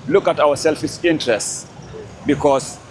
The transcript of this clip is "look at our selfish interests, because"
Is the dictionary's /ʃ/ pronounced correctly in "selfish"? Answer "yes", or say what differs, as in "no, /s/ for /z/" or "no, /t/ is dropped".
no, /s/ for /ʃ/